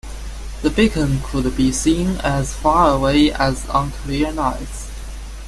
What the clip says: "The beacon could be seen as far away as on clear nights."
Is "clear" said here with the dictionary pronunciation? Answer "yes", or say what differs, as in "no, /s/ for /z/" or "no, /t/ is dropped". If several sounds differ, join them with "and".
no, /l/ is dropped